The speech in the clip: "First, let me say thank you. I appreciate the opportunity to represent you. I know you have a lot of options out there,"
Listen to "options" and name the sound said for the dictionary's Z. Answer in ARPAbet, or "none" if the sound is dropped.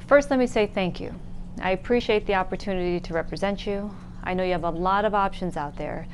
Z